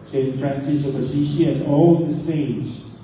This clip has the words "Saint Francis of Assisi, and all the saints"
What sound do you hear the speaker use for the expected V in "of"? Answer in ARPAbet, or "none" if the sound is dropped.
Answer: P